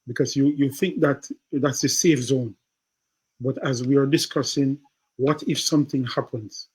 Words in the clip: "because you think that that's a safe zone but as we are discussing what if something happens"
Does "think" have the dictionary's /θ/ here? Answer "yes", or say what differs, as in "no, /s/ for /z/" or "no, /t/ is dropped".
yes